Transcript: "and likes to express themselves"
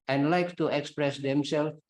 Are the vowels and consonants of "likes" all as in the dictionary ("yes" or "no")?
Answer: no